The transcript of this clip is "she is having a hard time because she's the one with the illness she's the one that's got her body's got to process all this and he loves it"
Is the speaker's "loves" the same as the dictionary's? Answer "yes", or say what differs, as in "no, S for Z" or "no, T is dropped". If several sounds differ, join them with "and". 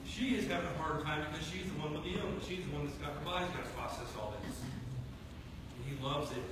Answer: yes